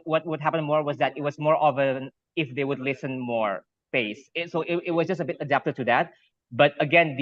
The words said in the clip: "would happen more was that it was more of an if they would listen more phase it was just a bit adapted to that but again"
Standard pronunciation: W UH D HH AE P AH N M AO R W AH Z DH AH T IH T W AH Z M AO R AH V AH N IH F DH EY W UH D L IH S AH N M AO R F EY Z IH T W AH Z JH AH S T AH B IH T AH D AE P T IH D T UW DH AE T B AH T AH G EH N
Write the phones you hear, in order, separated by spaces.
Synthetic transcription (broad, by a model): W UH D HH AE P AH N M AO R W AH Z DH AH T IH T W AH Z M AO R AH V AH N IH F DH EY W UH D L IH S AH N M AO R P EY S IH T W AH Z JH AH S T AH B IH T AH D AE P T IH D T UW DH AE T B AH T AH G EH N